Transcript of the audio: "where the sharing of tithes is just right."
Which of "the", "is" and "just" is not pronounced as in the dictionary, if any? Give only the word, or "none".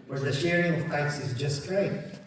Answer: none